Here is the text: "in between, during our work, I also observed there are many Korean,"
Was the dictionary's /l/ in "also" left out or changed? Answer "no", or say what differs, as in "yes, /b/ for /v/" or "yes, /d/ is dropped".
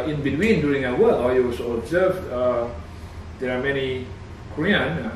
yes, /l/ is dropped